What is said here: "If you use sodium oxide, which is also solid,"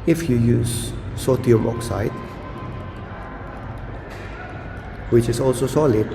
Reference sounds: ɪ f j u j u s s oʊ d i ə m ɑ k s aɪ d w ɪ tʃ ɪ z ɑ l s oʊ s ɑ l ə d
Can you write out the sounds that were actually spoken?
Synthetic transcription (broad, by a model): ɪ f j u j u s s oʊ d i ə m ɑ k s aɪ d w ɪ tʃ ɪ s ɑ l s oʊ s ɑ l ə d